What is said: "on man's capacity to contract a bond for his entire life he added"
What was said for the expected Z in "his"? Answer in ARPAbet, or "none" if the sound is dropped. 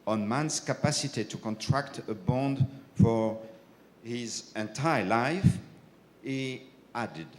Z